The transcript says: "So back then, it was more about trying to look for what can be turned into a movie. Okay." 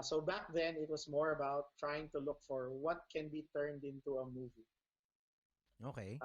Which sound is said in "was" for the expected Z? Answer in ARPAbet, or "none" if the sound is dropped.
S